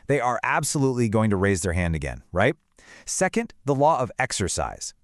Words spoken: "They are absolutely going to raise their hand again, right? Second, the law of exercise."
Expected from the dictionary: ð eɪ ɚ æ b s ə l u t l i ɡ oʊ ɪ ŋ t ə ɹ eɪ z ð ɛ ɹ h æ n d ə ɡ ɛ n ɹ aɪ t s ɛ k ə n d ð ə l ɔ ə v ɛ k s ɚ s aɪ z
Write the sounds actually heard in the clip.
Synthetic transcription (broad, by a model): ð eɪ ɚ æ b s ə l u t l i ɡ oʊ ɪ ŋ t ə ɹ eɪ z ð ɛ ɹ h æ n d ə ɡ ɛ n ɹ aɪ t s ɛ k ə n d ð ə l ɔ ə v ɛ k s ɚ s aɪ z